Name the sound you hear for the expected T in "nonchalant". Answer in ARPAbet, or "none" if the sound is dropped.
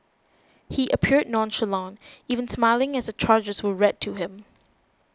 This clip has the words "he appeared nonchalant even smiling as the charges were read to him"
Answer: none